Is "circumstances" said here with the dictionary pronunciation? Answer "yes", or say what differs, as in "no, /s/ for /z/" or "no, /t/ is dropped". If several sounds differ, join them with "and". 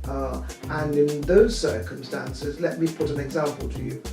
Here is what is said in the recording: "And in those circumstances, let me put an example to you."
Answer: yes